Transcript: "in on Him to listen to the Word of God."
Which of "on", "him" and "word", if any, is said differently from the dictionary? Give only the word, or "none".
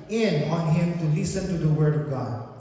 none